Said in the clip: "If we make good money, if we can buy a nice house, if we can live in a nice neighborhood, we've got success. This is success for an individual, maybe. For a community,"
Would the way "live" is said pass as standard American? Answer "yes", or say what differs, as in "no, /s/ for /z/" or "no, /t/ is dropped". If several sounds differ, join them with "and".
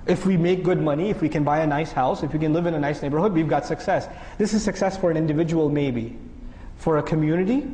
yes